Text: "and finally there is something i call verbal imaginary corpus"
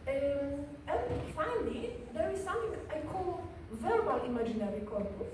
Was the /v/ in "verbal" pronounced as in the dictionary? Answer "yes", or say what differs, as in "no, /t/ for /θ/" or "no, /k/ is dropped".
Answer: yes